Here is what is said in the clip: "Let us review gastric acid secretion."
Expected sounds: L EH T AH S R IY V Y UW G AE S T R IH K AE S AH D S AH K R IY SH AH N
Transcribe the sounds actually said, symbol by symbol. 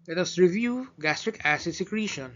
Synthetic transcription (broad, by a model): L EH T AH S R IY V Y UW G AE S T R IH K AE S AH D S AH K R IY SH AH N